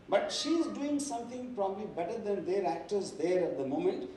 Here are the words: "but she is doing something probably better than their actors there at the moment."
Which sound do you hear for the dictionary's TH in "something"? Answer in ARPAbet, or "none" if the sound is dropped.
T